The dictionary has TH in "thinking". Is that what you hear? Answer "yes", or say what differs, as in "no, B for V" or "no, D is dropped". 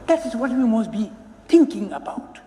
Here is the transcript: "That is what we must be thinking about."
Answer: no, T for TH